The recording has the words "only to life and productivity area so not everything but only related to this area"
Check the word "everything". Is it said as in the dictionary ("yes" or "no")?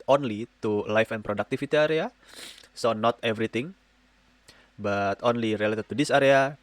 no